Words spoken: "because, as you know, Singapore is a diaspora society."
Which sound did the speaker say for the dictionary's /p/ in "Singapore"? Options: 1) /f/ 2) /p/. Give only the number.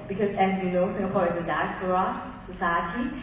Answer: 2